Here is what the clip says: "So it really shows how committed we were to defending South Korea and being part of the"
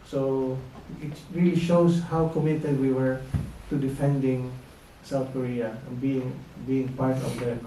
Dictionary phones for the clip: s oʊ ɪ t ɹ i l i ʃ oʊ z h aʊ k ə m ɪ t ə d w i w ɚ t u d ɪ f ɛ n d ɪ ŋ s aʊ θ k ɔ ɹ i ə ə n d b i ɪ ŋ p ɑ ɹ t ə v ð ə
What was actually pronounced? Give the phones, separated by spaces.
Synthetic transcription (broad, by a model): s oʊ ɪ t ɹ i l i ʃ oʊ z h aʊ k ə m ɪ t ə d w i w ɚ t u d ɪ f ɛ n d ɪ ŋ s aʊ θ k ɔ ɹ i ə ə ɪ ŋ b i ɪ ŋ p ɑ ɹ t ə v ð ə